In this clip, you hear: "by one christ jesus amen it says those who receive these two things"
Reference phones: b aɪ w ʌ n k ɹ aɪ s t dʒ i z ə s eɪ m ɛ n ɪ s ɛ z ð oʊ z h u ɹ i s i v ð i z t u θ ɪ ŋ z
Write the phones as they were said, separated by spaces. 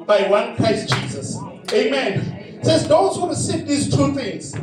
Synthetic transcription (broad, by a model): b aɪ w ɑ n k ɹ aɪ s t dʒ i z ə s eɪ m ɛ n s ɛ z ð oʊ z h u w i s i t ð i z t u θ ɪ ŋ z